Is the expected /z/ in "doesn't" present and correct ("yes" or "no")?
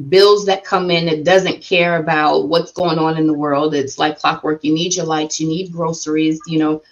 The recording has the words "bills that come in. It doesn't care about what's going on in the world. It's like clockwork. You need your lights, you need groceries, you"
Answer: yes